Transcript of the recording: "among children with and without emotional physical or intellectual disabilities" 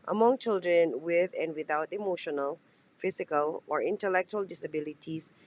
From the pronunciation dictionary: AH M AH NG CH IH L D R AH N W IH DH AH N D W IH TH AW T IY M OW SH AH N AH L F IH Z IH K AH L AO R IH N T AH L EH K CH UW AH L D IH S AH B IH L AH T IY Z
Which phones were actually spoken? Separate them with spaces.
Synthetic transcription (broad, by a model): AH M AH NG CH IH L D R AH N W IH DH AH N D W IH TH AW T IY M OW SH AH N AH L F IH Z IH K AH L AO R IH N T AH L EH K CH UW AH L D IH S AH B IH L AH T IY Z